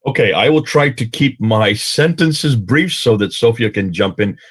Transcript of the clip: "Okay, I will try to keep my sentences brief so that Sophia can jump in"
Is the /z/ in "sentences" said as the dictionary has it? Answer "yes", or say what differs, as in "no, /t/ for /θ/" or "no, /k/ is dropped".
yes